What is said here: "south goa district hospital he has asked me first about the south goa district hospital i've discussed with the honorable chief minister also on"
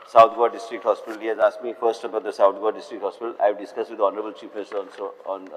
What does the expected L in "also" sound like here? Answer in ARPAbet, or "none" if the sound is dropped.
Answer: N